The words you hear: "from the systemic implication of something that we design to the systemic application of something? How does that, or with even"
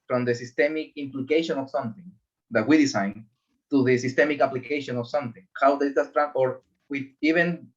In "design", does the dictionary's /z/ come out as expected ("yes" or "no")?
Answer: no